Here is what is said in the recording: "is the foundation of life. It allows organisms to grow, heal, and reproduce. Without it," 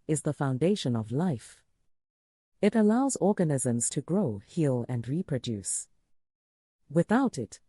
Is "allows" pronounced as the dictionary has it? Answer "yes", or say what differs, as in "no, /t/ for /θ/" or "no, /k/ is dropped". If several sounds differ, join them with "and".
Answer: yes